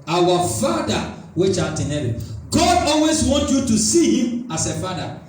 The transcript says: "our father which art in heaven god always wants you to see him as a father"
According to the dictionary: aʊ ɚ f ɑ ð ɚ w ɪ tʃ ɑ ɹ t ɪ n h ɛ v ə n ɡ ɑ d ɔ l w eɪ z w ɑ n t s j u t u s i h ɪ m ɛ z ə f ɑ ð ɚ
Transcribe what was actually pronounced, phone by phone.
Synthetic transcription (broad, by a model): aʊ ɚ f ɑ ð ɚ w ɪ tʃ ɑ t ɪ n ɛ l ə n ɡ ɑ d ɔ l w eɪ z w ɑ n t j u t u s i h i m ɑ s ə f ɑ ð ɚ